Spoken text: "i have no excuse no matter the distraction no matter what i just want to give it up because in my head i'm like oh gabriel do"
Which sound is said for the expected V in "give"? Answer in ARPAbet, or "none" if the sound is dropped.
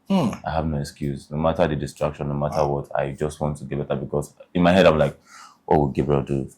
B